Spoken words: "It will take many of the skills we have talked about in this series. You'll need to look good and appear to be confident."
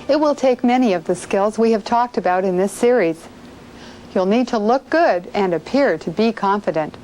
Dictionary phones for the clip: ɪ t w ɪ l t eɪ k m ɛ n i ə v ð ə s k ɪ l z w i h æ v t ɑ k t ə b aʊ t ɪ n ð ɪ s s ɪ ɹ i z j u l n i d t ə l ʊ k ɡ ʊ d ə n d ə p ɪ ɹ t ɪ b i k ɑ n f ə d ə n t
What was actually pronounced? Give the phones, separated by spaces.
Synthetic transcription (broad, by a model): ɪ t w ɪ l t eɪ k m ɛ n i ə v ð ə s k ɪ l z w i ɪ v t ɑ k t ə b aʊ t ɪ n ð ɪ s s ɪ ɹ i z j u l n i d t ə l ʊ k ɡ ʊ d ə n ə p ɪ ɹ t ɪ b i k ɑ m f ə d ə n t